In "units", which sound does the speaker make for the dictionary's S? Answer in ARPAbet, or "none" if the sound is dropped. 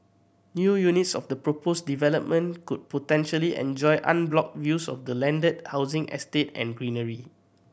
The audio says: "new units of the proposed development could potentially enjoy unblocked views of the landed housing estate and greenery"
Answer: S